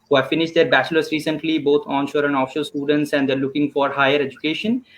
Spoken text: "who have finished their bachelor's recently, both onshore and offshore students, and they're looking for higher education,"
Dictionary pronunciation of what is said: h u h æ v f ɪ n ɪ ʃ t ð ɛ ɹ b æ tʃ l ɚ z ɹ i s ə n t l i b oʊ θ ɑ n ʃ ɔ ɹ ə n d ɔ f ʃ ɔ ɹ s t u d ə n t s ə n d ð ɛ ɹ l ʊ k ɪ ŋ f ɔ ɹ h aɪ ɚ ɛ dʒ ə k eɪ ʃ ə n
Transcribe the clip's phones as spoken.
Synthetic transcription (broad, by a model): h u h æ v f ɪ n ɪ ʃ t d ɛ ɹ b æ tʃ l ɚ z ɹ i s ə n t l i b oʊ t ɑ n ʃ ɔ ɹ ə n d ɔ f ʃ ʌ l s t u d ə n t s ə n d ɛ ɹ l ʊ k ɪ ŋ f ɔ ɹ h aɪ ɚ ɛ dʒ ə k eɪ ʃ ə n